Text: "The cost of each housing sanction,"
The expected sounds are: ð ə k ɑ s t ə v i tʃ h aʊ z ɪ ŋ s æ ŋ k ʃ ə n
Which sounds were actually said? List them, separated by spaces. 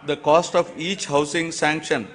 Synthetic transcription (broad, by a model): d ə k ɑ s t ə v i tʃ h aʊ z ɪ ŋ s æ ŋ k ʃ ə n